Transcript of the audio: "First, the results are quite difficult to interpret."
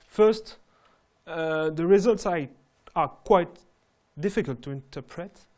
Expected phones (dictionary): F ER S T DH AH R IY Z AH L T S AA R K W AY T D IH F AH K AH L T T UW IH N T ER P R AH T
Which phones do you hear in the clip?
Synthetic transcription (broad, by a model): F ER S T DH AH R IY Z AH L T S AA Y K W AY T D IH F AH K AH L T T UW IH N T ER P R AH T